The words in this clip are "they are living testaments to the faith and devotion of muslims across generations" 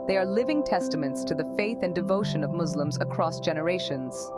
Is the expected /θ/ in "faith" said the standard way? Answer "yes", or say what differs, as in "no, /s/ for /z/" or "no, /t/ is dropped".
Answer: yes